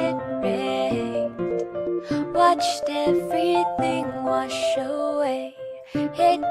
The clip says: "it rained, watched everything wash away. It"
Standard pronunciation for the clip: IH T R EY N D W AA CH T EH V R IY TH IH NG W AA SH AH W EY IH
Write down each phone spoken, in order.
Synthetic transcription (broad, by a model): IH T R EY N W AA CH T EH V R IY TH IH NG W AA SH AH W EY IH